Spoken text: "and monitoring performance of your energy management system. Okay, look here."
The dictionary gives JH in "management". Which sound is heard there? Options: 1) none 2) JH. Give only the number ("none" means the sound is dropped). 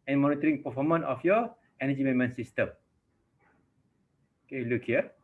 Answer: 1